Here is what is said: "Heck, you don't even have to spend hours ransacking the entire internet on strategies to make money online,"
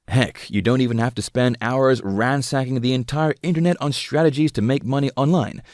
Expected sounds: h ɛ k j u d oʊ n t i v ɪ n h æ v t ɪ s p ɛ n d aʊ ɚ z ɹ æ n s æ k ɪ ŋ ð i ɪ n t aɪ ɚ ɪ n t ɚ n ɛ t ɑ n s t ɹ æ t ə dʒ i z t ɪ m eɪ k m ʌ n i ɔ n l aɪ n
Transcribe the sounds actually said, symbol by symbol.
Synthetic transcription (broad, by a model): h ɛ k j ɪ d oʊ n t i v ɪ n h æ f t ɪ s p ɛ n d aʊ ɚ z ɹ æ n s æ k ɪ ŋ ð i ɪ n t aɪ ɚ ɪ n t ɚ n ɛ t n s t ɹ æ t ə dʒ i z t ɪ m eɪ k m ʌ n i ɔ n l aɪ n